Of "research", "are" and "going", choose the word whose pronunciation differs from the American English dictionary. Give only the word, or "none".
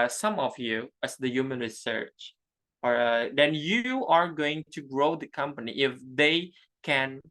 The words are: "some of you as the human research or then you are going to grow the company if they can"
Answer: none